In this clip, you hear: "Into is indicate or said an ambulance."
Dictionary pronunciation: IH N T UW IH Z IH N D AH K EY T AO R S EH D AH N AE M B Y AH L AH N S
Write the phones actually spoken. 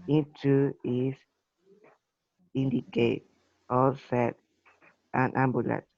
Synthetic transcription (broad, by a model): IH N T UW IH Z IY N D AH K EY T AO L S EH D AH N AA M B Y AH L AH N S